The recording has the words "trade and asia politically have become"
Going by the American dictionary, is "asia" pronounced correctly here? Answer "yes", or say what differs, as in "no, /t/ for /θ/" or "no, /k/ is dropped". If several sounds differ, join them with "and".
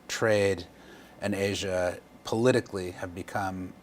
yes